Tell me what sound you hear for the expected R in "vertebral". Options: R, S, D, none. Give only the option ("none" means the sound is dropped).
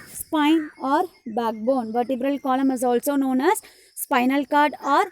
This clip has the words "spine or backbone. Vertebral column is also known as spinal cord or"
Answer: R